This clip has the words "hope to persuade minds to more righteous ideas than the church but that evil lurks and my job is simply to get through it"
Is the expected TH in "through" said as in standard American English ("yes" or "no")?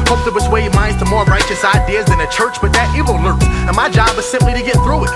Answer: yes